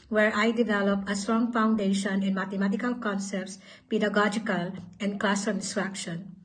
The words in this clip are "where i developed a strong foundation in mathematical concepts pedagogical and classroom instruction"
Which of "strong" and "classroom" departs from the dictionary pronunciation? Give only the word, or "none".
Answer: classroom